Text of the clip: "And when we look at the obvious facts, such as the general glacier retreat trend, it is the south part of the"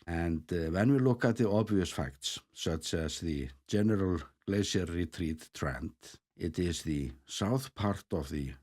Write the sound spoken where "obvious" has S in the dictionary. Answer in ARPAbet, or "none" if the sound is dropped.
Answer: S